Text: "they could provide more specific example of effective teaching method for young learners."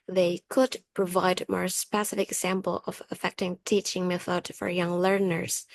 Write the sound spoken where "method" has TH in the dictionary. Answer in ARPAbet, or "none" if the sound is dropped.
TH